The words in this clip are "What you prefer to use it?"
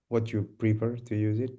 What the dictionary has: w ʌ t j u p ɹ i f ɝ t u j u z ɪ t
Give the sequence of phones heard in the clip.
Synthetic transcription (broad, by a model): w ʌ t j u p ɹ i p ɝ t u j u z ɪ t